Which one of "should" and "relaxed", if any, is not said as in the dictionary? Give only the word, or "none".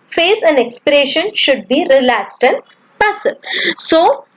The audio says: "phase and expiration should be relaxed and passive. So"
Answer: none